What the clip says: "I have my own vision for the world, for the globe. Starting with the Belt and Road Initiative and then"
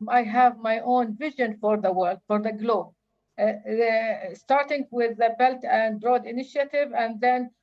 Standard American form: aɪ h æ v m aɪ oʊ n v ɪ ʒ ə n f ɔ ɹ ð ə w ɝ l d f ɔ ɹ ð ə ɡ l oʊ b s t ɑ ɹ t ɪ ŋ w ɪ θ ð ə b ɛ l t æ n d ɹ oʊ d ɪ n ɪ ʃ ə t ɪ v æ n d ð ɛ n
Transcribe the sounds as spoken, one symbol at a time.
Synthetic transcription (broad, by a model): aɪ h æ v m aɪ oʊ n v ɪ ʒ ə n f ɔ ɹ ð ə w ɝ l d f ɔ ɹ ð ə ɡ l oʊ b s t ɑ ɹ t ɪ ŋ w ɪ ð ə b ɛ l t æ n d ɹ oʊ d ɪ n ɪ ʃ ə t ɪ v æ n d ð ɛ n